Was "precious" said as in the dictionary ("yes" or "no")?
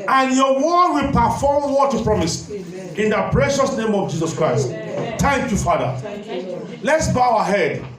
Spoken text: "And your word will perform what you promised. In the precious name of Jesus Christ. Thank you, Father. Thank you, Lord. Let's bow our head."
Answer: yes